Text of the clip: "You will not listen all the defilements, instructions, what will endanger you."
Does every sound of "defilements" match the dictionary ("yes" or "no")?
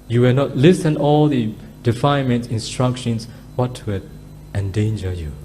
no